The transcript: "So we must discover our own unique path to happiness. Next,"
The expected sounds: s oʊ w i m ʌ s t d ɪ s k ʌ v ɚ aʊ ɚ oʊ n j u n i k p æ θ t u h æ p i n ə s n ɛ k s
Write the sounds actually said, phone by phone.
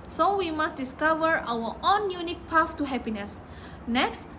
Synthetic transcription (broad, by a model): s oʊ w i m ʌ s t d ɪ s k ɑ v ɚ aʊ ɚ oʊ n j u n i k p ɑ f t u h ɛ p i n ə s n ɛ k s